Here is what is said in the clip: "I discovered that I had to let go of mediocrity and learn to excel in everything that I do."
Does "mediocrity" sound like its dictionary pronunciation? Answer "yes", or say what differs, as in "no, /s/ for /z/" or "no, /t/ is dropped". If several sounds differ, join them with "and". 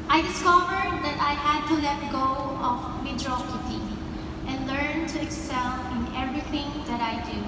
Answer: no, /ɹ/ is dropped